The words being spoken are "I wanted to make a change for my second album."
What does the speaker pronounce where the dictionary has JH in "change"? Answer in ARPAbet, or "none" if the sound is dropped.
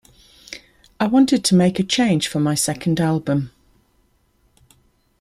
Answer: ZH